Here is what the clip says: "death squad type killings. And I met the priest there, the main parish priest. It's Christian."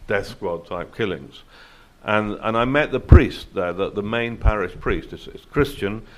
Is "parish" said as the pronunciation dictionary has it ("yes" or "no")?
yes